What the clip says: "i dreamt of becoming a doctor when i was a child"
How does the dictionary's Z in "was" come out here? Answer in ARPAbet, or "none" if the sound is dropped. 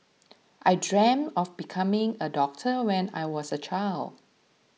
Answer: S